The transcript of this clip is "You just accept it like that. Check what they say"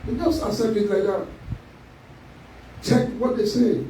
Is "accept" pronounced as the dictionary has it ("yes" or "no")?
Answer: no